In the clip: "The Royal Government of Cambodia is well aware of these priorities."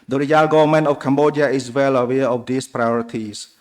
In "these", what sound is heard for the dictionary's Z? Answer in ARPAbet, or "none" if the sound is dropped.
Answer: S